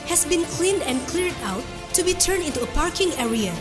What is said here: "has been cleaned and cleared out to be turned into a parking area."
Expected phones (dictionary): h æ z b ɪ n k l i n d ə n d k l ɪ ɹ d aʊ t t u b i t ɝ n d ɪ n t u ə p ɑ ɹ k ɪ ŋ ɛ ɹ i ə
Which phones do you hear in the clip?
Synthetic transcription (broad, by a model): h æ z b ɪ n k l i n d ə n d k l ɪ ɹ d aʊ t t u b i t ɝ n d ɪ n t u ə p ɑ ɹ k ɪ ŋ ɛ ɹ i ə